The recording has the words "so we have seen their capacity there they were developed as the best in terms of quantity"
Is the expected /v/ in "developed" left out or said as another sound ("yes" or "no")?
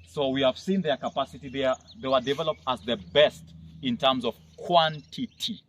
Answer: no